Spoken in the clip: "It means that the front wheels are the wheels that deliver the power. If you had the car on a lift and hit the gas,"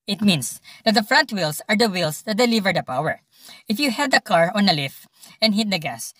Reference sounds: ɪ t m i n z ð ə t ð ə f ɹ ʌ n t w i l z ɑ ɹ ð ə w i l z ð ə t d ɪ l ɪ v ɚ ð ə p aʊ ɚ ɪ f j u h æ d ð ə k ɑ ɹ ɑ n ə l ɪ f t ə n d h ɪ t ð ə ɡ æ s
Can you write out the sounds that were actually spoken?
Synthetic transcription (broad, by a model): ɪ t m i n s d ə t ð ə f ɹ ʌ n t w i l s ɑ ɹ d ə w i l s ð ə t d ɪ l ɪ v ɚ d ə p aʊ ɚ ɪ f j u h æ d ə k ɑ ɹ ɑ n ə l ɪ f t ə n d h ɪ t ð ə ɡ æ s